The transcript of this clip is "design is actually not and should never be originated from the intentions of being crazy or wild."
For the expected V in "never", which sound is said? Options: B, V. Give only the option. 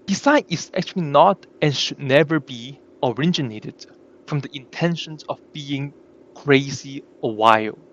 V